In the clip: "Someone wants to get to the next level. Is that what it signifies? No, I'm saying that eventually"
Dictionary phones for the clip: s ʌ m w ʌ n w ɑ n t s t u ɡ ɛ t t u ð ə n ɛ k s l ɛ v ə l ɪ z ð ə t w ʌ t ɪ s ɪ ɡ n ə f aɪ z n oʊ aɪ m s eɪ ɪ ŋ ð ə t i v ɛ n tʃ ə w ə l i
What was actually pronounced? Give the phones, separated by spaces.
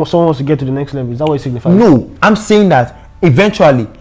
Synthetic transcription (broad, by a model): s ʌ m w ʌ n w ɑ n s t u ɡ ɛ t t u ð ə n ɛ k s l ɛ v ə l ɪ z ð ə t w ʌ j ɪ s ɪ ɡ n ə f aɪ n oʊ aɪ m s eɪ ɪ ŋ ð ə t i v ɛ n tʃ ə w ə l i